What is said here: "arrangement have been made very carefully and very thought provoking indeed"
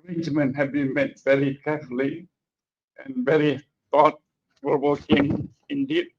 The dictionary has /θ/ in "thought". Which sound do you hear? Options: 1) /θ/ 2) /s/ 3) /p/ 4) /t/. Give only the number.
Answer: 4